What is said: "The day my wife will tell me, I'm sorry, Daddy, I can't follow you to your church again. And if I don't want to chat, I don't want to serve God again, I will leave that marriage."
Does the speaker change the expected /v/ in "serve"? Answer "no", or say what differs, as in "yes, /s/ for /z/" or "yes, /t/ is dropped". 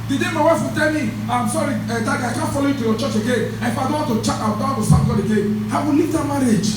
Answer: yes, /p/ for /v/